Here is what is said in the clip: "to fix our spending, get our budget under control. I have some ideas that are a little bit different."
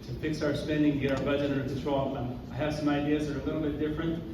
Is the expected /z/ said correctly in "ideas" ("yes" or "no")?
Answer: yes